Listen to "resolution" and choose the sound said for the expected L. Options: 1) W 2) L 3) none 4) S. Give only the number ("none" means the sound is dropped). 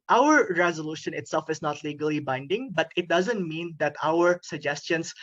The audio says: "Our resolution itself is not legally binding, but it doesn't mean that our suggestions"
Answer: 2